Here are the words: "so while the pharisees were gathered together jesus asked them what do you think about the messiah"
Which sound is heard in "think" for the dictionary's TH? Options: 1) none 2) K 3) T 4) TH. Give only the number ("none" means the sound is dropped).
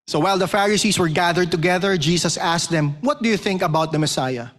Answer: 4